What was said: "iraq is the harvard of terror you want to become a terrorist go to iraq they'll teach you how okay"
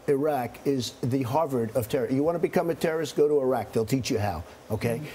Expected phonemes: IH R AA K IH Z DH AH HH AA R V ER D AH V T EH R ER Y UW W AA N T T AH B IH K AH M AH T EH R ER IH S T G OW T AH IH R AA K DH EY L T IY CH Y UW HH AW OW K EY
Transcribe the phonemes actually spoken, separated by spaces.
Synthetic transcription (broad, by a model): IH R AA K IH Z DH AH HH AA R V ER D AH V T EH R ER Y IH W AA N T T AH B IH K AH M AH T EH R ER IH S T G OW T AH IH R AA K DH EY L T IY CH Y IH HH AW OW K EY